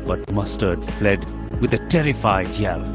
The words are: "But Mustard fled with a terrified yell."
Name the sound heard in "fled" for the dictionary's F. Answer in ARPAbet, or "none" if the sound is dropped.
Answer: F